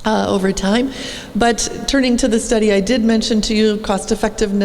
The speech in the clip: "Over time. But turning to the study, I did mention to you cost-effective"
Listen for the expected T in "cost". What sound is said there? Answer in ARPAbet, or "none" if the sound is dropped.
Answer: T